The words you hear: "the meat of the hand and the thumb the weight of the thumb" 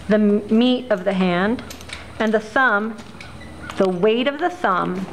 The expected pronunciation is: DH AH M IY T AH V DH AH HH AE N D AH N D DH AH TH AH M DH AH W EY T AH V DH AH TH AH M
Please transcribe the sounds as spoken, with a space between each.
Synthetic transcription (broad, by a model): DH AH M IY T AH V DH AH HH AE N D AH N DH AH S AH M DH AH W EY T AH V DH AH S AH M